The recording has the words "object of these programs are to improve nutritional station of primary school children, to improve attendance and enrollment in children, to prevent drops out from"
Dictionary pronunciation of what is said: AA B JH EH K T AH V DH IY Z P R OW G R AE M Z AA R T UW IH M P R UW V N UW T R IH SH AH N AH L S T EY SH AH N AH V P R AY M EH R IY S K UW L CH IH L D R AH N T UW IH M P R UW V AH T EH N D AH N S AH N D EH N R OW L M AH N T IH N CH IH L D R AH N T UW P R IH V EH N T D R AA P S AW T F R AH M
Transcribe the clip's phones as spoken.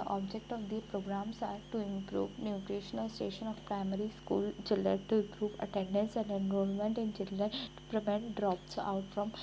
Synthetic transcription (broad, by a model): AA B JH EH K T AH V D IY P R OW G R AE M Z AA R T UW IH M P R UW V N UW T R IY SH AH N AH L S T EY SH AH N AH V P R AY M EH R IY S K UW L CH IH L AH T UW IH M P R UW V AH T EH N D AH N S AH N D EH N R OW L M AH N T IH N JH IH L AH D T UW P R IH V EH N T D R AA P S AW T F R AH M